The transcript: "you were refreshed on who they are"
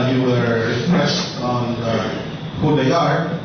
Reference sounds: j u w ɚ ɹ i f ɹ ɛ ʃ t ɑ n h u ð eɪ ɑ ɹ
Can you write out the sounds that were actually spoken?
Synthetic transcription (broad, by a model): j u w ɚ ɹ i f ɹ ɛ s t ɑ n h u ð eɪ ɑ ɹ